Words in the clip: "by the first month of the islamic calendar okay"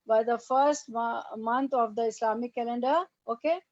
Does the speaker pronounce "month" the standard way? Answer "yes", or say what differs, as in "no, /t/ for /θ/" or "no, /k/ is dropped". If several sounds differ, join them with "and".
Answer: no, /t/ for /θ/